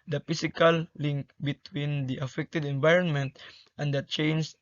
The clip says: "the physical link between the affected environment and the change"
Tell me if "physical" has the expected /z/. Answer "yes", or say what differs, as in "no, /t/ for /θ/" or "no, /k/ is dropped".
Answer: no, /s/ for /z/